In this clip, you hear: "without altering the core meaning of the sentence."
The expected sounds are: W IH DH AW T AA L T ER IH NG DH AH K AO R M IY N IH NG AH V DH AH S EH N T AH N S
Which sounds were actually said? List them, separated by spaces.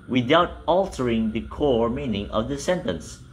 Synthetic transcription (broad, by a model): W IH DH AW T AA L T ER IH NG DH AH K AO R M IY N IH NG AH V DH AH S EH N T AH N S